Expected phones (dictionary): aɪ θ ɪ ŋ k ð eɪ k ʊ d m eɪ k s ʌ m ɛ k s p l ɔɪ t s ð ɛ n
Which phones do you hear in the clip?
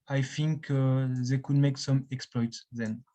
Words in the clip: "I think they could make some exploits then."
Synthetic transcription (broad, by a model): aɪ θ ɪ ŋ k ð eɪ k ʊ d m eɪ k s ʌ m ɛ k s p l ɔɪ t s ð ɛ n